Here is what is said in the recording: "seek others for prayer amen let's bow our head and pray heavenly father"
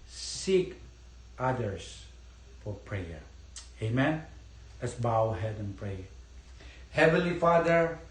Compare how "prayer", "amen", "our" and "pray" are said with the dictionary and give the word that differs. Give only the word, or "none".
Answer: our